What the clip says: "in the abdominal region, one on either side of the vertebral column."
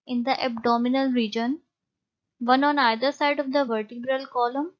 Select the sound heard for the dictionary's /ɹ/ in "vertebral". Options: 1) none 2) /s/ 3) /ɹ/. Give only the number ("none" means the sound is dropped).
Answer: 3